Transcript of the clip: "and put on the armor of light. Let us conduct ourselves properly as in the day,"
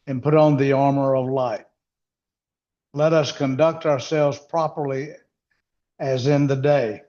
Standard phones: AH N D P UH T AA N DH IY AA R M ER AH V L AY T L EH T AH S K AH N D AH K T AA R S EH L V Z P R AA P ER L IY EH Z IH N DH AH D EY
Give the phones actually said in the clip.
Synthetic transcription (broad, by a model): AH N P UH T N DH IY AA R M ER AH V L AY T L EH T AH S K AH N D AH K T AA R S EH L V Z P R AA P ER L IY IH Z IH N DH AH D EY